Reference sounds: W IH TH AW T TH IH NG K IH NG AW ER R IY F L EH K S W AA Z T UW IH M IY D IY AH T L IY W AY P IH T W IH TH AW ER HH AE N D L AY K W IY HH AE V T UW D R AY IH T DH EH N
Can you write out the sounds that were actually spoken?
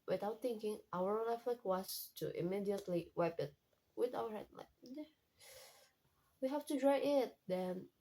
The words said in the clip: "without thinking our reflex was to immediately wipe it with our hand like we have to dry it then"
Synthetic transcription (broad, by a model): W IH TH AW T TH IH NG K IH NG AW ER L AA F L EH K W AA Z T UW IH M IY D IY AH T L IY W AY P IH T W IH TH AW ER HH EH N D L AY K W IY HH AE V T UW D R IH IH T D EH N